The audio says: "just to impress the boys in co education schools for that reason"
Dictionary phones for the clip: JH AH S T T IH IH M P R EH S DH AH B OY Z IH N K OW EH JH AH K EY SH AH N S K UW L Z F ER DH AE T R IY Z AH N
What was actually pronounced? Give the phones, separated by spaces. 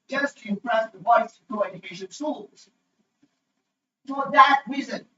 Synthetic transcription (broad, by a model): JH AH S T T IH IH M P R EH S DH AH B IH S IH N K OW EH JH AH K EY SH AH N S UW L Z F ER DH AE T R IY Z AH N